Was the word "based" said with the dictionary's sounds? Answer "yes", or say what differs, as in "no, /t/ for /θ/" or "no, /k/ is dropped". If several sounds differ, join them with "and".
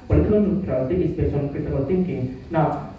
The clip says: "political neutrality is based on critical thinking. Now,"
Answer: no, /t/ is dropped